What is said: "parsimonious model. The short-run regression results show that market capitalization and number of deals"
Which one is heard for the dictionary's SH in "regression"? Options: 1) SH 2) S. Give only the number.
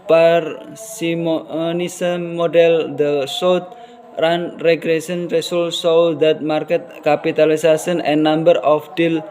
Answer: 2